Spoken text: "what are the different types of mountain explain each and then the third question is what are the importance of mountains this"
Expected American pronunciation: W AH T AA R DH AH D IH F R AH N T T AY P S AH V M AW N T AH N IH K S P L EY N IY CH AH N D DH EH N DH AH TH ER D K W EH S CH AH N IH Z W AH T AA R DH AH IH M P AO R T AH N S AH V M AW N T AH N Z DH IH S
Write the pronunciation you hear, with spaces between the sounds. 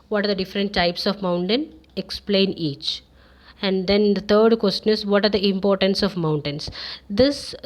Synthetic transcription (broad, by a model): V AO T AA R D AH D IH F R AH N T T AY P S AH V M AW N T AH N IH K S P L EY N IY CH AH N D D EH N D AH T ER D K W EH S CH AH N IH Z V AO T AA R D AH IH M P AO R T AH N S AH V M AW N T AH N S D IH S